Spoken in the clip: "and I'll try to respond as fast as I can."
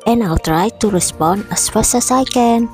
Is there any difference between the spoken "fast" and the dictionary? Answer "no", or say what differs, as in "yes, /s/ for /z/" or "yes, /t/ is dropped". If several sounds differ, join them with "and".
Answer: yes, /t/ is dropped